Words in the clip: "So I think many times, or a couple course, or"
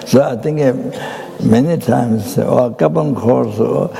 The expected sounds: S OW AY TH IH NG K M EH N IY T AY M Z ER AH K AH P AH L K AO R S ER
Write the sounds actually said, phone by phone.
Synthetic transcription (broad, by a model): S OW AY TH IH NG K M EH N IY T AY M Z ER AH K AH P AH N K AO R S